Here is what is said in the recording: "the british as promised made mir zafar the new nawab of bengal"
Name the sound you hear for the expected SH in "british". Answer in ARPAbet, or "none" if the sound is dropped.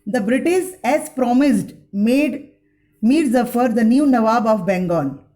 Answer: S